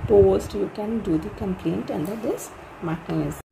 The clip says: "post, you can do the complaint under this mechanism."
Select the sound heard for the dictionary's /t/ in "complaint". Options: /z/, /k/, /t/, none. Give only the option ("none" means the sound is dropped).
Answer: /t/